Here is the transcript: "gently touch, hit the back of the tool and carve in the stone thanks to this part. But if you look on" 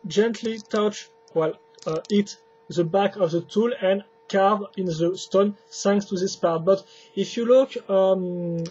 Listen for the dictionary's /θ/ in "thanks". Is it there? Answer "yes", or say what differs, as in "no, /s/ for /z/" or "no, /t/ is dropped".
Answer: no, /s/ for /θ/